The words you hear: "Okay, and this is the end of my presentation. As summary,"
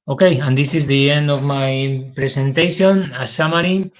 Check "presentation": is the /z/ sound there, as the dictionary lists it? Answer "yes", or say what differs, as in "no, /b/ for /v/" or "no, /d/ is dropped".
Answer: no, /s/ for /z/